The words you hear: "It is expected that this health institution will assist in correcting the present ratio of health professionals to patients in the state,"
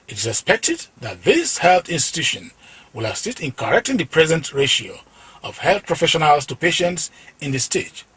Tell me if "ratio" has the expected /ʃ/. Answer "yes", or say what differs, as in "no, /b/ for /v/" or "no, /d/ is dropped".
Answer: yes